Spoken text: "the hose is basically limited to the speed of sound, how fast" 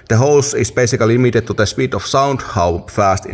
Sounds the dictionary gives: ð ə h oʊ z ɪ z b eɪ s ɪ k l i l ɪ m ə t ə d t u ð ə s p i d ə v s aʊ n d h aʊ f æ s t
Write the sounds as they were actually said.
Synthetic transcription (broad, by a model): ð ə h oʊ s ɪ s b eɪ s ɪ k l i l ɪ m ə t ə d t u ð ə s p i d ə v s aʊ n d h aʊ f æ s t